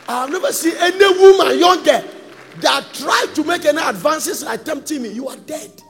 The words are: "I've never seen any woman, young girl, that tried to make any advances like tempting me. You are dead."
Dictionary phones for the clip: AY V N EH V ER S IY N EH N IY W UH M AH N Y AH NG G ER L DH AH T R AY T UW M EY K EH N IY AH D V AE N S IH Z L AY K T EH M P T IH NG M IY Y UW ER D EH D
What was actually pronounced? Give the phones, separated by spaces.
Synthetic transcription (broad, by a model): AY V N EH V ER S IY EH N IY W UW M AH N Y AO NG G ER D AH T R AY T UW M EY K EH N IY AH D V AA N S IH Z L AY K T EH M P T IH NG M IY Y UW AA D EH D